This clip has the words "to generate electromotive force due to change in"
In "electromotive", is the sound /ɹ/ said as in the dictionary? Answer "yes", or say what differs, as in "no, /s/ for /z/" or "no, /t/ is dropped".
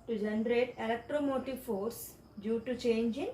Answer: yes